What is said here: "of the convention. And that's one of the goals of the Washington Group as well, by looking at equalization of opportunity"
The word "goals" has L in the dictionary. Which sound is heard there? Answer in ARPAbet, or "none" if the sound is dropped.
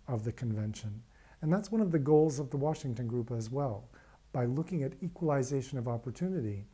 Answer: L